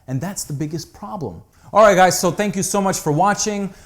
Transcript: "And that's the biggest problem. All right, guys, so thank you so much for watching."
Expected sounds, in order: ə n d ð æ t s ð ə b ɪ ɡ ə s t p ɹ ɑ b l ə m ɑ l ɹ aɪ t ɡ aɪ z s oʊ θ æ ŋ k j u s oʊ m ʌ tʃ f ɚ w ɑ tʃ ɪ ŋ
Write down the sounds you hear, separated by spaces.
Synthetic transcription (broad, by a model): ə n ð æ t s ð ə b ɪ ɡ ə s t p ɹ ɑ b l ə m ɑ l ɹ aɪ t ɡ aɪ z s oʊ θ æ ŋ k j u s oʊ m ʌ tʃ f ɚ w ɑ tʃ ɪ ŋ